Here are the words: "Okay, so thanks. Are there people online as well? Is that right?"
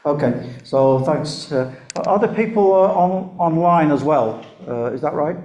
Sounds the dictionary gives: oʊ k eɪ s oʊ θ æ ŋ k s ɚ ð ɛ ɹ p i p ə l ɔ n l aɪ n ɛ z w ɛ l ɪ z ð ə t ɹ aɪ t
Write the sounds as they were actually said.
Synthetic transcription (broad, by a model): oʊ k eɪ s oʊ θ æ ŋ k s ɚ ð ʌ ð p i p ə l ɔ n l aɪ n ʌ z w ɛ l ɪ z ð ə t ɹ aɪ t